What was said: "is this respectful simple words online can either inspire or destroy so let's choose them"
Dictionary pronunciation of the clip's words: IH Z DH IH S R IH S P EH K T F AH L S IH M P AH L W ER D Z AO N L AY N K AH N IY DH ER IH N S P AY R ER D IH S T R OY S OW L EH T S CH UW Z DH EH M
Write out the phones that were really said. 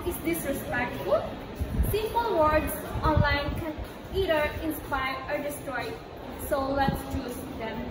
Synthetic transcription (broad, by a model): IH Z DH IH S R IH S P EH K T AH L S IH M P AH L W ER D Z AO N L AY N K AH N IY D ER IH N S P AY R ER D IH S T R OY S OW L EH T S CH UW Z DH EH M